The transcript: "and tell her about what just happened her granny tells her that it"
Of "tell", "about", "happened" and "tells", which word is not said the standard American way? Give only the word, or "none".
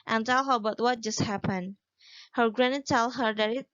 tells